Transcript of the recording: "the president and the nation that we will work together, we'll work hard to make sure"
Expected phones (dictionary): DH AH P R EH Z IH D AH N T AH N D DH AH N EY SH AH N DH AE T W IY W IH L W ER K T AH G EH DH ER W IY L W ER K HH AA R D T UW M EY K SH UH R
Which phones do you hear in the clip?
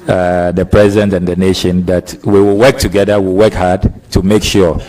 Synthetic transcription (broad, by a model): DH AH P R EH Z IH D AH N T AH N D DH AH N EY SH AH N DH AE T W IY W IH L W ER K T AH G EH DH ER W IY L W ER K HH AA R D T UW M EY K SH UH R